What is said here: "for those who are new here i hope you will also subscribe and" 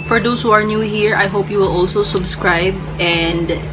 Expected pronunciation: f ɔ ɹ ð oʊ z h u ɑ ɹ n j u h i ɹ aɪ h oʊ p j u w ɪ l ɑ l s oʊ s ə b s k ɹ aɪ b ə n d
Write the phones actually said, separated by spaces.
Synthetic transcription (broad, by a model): f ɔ ɹ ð oʊ s h u ɑ ɹ n j u h i ɹ aɪ h oʊ p j u w ɪ l ɑ l s oʊ s ə b s k ɹ aɪ b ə n d